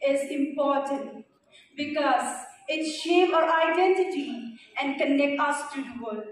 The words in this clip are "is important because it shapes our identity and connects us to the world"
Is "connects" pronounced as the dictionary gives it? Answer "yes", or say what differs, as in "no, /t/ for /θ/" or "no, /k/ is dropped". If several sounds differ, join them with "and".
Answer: no, /s/ is dropped